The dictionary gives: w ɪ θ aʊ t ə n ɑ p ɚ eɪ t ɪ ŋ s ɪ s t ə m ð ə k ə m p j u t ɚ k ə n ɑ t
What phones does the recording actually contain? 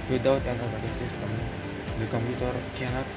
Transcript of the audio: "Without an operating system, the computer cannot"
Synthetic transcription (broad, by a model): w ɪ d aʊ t ə n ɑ b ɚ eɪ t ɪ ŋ s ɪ s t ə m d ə k ə m p j u t ɚ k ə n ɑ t